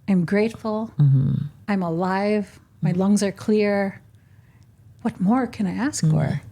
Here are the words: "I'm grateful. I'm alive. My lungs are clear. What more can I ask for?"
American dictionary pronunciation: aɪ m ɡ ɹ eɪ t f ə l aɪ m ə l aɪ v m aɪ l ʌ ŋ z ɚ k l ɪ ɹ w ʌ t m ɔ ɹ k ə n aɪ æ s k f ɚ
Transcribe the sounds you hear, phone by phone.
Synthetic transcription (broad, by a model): aɪ m ɡ ɹ eɪ t f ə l aɪ m ə l aɪ v m aɪ l ʌ ŋ z ɚ k l ɪ ɹ w ʌ t m ɔ ɹ k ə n aɪ æ s k f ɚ